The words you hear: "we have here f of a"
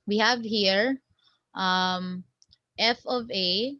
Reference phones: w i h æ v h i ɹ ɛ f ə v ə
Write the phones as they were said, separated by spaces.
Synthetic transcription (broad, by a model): w i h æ v h i ɹ ɛ f ə v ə